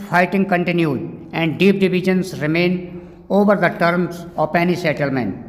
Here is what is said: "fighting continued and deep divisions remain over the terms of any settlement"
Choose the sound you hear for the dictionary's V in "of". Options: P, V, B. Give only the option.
P